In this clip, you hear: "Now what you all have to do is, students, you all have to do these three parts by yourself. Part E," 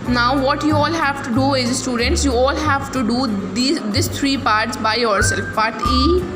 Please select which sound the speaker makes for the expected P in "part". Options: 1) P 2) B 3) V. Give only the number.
2